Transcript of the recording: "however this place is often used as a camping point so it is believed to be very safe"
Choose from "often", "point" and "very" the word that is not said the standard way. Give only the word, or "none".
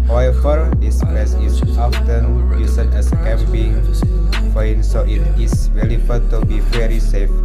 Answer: point